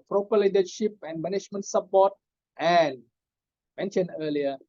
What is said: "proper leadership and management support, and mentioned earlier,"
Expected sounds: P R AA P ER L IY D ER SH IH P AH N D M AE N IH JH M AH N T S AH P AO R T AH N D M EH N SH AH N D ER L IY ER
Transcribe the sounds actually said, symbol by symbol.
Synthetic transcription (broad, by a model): P R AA P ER L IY D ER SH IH P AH N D M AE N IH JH M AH N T S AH P AO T T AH N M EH N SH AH N ER L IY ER